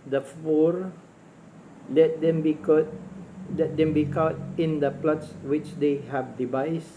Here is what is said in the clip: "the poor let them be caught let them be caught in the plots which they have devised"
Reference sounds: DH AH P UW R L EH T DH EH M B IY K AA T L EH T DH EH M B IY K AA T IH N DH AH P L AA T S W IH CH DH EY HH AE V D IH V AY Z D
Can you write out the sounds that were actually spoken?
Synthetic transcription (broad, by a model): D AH F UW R L EH T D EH M B IY K AA T L EH T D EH M B IY K AA T IH N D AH P L AA T S W IH CH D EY HH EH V D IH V AY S